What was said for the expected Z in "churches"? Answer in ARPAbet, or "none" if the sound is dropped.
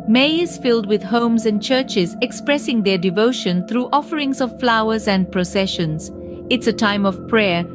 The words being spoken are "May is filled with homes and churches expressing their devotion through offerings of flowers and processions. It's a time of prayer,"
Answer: Z